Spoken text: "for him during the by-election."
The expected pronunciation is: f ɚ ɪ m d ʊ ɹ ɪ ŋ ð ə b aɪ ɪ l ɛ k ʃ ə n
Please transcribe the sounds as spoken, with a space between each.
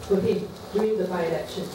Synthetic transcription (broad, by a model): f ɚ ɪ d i ɪ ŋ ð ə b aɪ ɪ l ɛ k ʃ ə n